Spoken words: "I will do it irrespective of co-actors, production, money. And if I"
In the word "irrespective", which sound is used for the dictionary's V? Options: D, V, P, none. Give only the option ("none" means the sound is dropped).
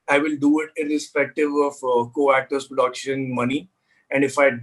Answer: V